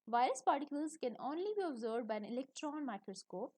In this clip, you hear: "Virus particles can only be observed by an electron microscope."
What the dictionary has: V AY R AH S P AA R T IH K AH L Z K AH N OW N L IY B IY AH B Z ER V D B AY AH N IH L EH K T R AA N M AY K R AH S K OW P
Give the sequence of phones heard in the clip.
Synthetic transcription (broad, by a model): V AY R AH S P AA R T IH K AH L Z K AH N OW N L IY B IY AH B Z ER D B AY AH N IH L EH K T R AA N M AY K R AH S K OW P